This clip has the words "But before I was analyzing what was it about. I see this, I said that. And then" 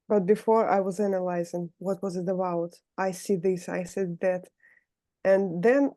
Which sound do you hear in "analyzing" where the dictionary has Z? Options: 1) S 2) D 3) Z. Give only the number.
3